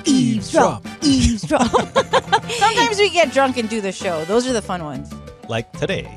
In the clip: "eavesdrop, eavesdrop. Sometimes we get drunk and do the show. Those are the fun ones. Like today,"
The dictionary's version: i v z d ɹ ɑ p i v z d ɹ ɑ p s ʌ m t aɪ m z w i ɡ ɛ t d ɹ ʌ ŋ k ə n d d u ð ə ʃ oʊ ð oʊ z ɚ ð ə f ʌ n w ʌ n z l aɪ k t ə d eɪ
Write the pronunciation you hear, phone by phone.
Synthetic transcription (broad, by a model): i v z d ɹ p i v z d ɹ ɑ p s ʌ m t aɪ m z w i ɡ ɛ t d ɹ ʌ ŋ k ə n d d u ð ə ʃ oʊ ð oʊ z ɚ ð ə f ʌ n w ʌ n z l aɪ k t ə d eɪ